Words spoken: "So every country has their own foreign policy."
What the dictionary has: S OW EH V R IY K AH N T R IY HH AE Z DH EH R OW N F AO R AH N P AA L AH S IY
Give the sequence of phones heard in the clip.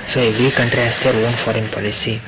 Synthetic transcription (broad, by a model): S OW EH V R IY K AH N T R IY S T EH L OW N F AO R AH N P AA L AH S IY